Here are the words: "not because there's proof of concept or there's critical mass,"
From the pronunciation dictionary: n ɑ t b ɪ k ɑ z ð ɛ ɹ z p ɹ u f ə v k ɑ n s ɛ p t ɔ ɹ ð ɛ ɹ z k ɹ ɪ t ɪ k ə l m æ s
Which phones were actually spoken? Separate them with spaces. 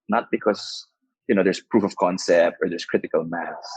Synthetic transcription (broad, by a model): n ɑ t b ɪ k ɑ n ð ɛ ɹ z p ɹ u f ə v k ɑ n s ɛ p t ɔ ɹ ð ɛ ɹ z k ɹ ɪ t ɪ k ə l m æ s